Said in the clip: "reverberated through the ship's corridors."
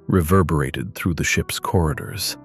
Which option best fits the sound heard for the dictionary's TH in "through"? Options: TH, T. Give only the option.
TH